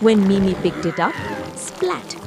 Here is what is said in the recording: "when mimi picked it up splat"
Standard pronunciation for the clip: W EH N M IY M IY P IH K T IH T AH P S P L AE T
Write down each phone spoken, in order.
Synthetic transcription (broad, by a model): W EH N M IY M IY P IH K T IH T AH P S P L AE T